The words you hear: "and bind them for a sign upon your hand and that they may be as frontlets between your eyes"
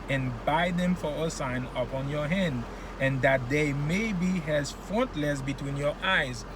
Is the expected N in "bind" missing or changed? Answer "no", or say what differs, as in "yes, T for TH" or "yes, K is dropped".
yes, N is dropped